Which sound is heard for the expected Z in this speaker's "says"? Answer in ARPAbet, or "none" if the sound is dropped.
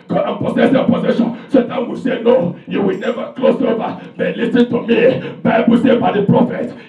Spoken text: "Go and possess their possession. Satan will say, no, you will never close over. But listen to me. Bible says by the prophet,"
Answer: none